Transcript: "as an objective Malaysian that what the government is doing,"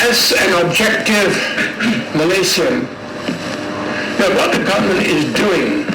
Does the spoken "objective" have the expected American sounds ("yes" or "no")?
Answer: yes